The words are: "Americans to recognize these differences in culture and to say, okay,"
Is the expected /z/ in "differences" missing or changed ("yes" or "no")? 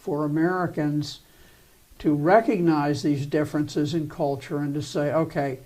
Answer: no